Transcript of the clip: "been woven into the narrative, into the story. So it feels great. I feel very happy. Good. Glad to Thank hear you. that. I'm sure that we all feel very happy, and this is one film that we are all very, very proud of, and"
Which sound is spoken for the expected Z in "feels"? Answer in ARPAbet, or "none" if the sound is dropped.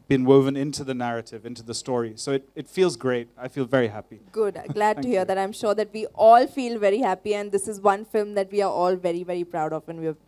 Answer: Z